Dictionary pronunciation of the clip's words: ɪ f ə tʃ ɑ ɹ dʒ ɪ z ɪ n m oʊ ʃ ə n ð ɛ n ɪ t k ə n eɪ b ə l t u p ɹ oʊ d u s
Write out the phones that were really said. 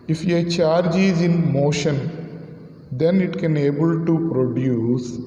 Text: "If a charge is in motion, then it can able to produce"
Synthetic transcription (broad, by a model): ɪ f ə tʃ ɑ ɹ dʒ ɪ z ɪ n m oʊ ʃ ə n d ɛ n ɪ t k ə n eɪ b ə l t u p ɹ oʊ d u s